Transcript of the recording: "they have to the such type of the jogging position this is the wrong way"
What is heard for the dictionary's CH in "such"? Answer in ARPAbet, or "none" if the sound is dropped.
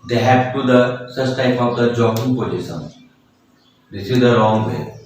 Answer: S